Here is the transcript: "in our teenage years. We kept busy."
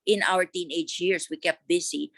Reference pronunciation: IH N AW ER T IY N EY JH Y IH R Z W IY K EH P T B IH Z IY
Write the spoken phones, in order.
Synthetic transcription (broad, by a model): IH N AW ER T IY N EY JH Y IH R S W IY K EH P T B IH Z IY